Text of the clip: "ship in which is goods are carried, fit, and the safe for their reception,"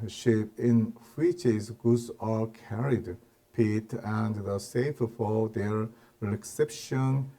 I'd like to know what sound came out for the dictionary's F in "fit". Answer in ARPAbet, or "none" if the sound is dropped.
P